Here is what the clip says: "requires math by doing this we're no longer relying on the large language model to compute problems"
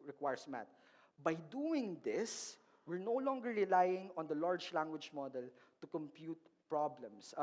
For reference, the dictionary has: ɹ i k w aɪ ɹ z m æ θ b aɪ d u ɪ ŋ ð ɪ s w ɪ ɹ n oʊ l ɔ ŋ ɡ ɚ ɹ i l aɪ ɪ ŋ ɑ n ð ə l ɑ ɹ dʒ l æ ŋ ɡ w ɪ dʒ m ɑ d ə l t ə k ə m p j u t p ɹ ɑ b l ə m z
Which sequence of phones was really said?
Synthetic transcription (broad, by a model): ɹ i k w aɪ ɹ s m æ t b aɪ d u ɪ ŋ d ɪ s w ɪ ɹ n oʊ l ɔ ŋ ɡ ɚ ɹ i l aɪ ɪ ŋ ɑ n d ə l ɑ ɹ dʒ l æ ŋ ɡ w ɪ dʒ m ɑ d ə l t ə k ə m p j u t p ɹ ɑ b l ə m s